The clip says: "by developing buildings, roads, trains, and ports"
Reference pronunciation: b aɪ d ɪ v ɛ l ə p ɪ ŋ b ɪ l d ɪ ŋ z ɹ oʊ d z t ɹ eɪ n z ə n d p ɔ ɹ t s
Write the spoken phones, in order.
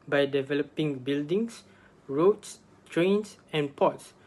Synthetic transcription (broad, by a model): b aɪ d ɪ v ɛ l ə p ɪ ŋ b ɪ l d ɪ ŋ s ɹ oʊ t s t ɹ eɪ n s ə n p ɔ t s